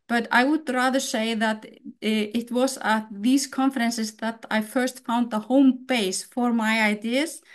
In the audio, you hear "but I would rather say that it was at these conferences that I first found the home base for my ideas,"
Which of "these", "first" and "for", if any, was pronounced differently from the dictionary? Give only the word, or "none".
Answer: these